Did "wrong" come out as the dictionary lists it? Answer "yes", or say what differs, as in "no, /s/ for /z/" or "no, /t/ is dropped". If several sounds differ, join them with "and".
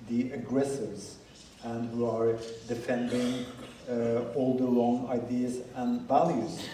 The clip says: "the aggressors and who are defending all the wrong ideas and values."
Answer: no, /l/ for /ɹ/